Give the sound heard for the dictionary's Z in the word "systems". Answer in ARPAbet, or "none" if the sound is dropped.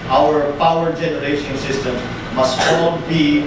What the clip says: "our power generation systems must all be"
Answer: none